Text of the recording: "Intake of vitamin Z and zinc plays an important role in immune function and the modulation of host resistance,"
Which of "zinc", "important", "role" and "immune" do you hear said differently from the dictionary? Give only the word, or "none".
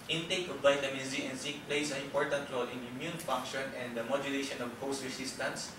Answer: zinc